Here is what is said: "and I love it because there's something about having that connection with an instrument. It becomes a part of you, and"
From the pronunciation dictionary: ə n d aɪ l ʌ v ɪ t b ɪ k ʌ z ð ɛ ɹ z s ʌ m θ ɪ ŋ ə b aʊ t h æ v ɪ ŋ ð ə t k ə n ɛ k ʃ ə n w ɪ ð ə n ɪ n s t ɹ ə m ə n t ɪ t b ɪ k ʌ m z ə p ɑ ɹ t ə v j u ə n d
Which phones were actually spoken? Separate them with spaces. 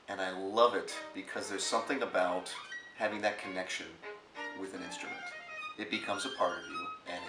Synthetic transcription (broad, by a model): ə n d aɪ l ʌ v ɪ t b ɪ k ʌ z ð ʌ ɹ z s ʌ m θ ɪ ŋ ə b aʊ t h æ v ɪ ŋ ð ə t k ə n ɛ k ʃ ə n w ɪ ð ə n ɪ n s t ɹ ə m ə n t ɪ t b ɪ k ʌ m z ə p ɑ ɹ t ə v j u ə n